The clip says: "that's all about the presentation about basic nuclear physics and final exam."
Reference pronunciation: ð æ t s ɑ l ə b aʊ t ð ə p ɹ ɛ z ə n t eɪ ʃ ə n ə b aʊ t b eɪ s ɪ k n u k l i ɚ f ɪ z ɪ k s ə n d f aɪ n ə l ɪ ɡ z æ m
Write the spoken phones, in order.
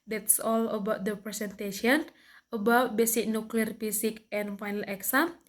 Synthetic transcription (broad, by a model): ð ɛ t s ɑ l ə b aʊ t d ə p ɹ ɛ s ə n t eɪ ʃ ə n ə b aʊ t b eɪ s ɪ k n u k l i ɚ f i s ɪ k ə n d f aɪ n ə l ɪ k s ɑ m